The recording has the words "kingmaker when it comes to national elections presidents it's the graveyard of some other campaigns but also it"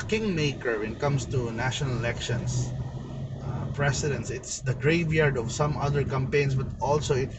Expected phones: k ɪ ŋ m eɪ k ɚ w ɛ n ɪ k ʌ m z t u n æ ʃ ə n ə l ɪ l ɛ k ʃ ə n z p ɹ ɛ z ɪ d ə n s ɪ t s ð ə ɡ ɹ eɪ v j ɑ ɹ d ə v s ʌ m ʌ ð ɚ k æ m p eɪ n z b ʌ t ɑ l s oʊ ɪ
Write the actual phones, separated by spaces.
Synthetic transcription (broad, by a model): k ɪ ŋ m eɪ k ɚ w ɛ n k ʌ m s t u n æ ʃ ə n ə l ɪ l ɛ k ʃ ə n s p ɹ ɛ s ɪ d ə n s ɪ t s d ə ɡ ɹ eɪ v j ɑ ɹ d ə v s ʌ m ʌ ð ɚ k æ m p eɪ n s b ʌ t ɑ l s oʊ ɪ